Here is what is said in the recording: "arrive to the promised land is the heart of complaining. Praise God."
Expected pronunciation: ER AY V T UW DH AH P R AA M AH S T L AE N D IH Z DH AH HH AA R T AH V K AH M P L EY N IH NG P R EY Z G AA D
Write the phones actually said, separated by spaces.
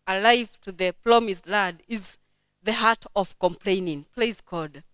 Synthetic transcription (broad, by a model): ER AY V T UW DH AH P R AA M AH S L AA D IH Z DH AH HH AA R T AH V K AH M P L EY N IH NG P L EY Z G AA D